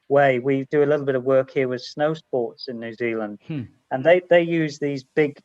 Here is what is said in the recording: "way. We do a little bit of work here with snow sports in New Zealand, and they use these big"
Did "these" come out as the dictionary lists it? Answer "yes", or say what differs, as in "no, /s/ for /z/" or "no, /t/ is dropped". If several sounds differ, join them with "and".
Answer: yes